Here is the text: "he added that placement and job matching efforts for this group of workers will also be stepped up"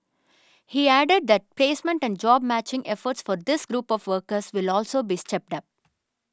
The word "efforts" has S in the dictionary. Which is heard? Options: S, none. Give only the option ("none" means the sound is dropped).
S